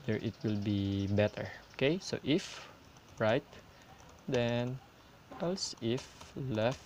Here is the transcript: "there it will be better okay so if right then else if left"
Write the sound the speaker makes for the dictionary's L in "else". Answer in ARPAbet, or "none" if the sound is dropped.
L